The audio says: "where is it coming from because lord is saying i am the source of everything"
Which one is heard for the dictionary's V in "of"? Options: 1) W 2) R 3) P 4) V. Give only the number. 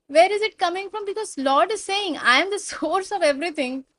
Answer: 4